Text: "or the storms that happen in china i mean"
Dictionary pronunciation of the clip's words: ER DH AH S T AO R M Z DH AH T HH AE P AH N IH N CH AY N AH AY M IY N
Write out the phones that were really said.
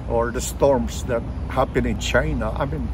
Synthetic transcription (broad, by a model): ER DH AH S T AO R M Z DH AH T HH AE B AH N IH N CH AY N AH AY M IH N